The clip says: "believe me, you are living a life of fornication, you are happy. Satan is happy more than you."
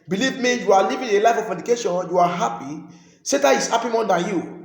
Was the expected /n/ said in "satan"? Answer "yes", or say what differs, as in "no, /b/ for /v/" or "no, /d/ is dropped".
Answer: no, /n/ is dropped